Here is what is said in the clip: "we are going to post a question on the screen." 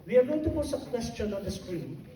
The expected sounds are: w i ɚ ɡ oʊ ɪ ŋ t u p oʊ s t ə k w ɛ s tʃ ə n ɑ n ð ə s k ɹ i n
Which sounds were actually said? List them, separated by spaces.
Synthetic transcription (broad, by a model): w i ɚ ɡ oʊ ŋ t u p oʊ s ə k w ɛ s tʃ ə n ɑ n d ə s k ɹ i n